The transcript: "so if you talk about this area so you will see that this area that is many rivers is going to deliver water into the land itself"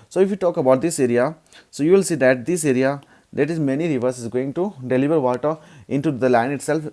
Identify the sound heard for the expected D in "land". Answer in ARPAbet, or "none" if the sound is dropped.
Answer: none